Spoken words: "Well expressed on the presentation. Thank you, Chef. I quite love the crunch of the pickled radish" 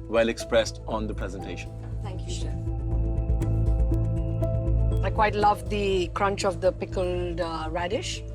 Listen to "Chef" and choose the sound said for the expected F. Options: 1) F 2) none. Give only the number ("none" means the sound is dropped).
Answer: 2